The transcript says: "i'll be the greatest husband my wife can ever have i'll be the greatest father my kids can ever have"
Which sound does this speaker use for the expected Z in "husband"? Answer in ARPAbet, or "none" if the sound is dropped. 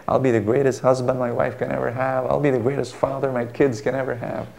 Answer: Z